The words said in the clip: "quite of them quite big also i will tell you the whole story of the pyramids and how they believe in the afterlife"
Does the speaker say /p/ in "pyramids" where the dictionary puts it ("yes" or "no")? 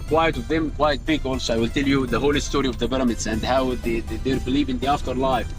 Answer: no